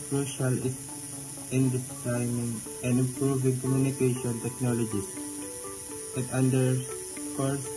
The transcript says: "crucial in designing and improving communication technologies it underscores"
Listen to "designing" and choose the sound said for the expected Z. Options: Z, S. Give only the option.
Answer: S